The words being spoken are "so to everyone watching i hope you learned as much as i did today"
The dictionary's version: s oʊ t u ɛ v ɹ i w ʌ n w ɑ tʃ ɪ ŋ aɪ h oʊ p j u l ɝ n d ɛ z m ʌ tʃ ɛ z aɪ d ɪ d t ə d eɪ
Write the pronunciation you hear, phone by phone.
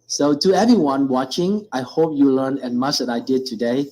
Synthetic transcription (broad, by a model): s oʊ t u ɛ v ɹ i w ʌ n w ɑ tʃ ɪ ŋ aɪ h oʊ p j u l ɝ n ɛ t m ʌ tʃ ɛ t aɪ d ɪ d t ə d eɪ